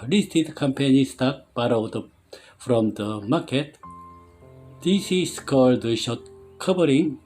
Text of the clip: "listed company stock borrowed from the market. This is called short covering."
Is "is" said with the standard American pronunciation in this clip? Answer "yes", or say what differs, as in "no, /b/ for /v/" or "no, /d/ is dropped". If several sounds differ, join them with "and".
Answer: no, /s/ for /z/